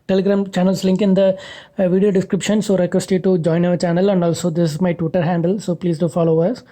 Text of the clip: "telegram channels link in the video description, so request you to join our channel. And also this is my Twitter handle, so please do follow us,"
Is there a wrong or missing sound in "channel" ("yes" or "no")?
no